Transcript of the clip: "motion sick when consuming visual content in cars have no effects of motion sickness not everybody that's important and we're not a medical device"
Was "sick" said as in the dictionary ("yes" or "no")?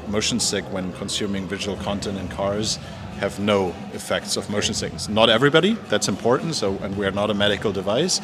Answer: yes